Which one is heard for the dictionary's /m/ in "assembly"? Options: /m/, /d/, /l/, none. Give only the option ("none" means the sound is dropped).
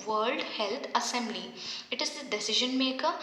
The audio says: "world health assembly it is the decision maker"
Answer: /m/